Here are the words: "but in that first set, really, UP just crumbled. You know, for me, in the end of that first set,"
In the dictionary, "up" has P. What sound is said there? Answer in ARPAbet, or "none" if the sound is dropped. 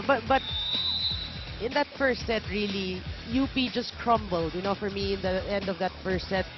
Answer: B